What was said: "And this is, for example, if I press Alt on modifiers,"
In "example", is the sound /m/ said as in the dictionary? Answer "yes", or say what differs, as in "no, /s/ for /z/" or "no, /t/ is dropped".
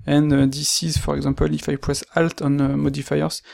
no, /m/ is dropped